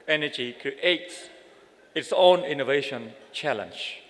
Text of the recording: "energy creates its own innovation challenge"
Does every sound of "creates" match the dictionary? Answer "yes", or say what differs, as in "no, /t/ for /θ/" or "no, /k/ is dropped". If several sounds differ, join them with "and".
no, /ɹ/ is dropped and /s/ is dropped